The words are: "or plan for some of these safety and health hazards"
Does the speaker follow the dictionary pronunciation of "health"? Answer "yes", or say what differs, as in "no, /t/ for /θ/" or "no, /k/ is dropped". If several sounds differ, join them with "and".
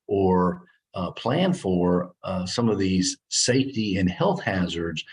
yes